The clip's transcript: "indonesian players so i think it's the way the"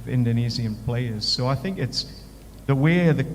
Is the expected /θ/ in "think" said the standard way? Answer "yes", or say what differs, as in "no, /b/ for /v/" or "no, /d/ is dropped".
yes